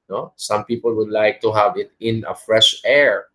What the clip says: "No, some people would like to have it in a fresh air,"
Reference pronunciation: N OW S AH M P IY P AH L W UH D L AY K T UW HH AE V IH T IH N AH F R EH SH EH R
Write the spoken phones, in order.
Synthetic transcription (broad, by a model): N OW S AH M P IY P AH L W UH D L AY K T UW HH AE V IH T IH N AH F R EH SH EH R